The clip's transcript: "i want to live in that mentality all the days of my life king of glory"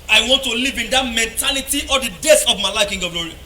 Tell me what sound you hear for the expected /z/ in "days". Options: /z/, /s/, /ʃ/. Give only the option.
/s/